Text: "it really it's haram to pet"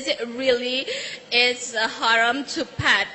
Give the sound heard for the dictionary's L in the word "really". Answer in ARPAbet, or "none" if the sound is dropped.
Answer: L